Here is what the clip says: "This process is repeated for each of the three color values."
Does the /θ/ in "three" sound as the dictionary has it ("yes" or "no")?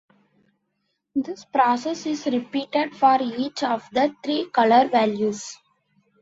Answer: no